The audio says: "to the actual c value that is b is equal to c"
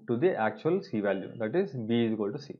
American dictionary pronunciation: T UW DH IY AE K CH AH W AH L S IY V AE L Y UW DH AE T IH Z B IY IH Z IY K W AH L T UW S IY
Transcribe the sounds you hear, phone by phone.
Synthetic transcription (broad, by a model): T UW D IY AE K CH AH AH L S IY V AE L Y UW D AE T IH Z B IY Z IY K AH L T UW S IY